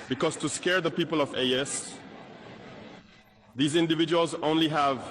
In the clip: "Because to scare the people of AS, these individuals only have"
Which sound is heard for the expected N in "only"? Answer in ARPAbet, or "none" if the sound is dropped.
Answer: N